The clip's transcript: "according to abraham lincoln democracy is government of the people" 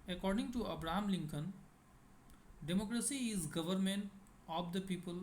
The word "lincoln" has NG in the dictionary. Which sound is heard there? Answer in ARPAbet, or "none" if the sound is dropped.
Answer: NG